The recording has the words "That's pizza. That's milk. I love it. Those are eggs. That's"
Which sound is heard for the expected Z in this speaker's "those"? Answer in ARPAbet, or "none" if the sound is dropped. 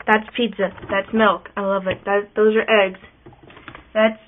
Z